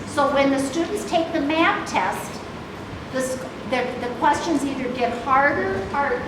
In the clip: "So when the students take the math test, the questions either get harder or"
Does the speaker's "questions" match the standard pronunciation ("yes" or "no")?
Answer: yes